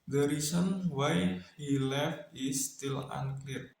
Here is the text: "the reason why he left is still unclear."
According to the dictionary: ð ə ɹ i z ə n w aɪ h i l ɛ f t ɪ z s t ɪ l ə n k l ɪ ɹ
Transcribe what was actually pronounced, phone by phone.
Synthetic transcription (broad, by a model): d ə ɹ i s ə n w aɪ h i l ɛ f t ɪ s t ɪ l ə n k l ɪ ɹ